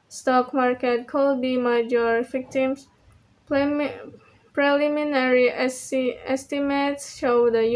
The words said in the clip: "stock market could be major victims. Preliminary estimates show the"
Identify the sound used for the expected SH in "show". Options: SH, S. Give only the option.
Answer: SH